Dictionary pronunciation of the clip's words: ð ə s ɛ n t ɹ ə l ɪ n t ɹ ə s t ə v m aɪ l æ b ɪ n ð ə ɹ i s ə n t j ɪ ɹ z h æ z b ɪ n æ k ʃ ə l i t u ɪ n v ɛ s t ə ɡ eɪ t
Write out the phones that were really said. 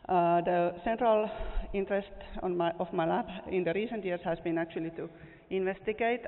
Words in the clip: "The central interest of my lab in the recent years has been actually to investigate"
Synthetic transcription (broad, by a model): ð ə s ɛ n t ɹ ə l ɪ n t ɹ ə s t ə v m aɪ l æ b ɪ n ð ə ɹ i s ə n t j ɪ ɹ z h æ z b ɪ n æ k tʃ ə l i t u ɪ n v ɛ s t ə ɡ eɪ t